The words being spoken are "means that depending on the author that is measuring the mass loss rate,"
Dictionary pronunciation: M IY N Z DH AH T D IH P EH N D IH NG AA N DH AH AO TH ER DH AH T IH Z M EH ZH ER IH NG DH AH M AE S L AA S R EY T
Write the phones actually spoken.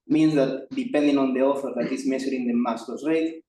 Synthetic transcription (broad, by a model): M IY N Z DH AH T D IH P EH N D IH NG AA N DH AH AO F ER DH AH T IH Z M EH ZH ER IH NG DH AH M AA S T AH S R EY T